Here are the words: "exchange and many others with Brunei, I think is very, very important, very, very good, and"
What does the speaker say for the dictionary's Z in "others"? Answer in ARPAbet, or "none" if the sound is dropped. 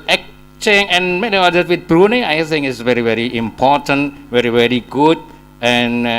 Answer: none